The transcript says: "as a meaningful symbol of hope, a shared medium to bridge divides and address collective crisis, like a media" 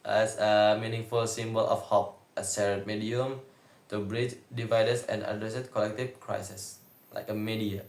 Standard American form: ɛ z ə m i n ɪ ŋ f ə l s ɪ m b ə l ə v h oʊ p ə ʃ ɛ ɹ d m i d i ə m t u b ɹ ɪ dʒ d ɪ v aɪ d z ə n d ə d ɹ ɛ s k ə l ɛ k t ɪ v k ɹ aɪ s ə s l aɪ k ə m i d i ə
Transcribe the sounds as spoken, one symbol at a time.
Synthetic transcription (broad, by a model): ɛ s ə m i n ɪ ŋ f ə l s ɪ m b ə l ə f h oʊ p ə s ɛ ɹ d m i d i ə m t u b ɹ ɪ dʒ d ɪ v aɪ d s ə n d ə d ɹ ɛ s k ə l ɛ k t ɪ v k ɹ aɪ s ə s l aɪ k ə m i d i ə